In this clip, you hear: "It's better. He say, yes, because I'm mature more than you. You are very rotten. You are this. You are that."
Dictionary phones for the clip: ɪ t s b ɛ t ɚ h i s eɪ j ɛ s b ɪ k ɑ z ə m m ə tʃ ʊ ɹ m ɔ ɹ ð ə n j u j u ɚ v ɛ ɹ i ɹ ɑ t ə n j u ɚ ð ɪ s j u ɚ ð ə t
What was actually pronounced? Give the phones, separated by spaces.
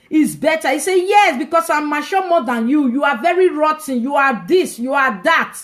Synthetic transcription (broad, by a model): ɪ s b ɛ t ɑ i s eɪ j ɛ s b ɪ k ɑ s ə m m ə ʃ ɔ m ɔ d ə n j u j u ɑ v ɛ ɹ i ɹ ɑ t ə n j u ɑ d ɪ s j u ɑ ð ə t